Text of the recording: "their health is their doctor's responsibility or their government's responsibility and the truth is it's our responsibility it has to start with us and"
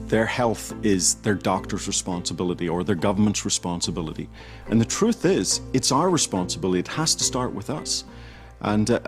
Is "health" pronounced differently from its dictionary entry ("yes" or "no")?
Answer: no